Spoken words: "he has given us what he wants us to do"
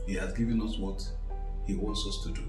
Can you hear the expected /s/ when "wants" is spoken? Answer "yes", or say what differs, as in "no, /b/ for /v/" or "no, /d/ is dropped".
yes